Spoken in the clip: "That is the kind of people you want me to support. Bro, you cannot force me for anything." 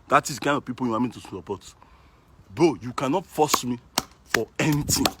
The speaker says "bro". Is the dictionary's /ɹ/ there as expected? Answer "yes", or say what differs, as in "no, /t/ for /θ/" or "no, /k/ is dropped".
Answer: no, /ɹ/ is dropped